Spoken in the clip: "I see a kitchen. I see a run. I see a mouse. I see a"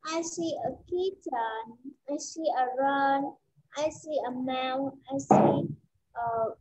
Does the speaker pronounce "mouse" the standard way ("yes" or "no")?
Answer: no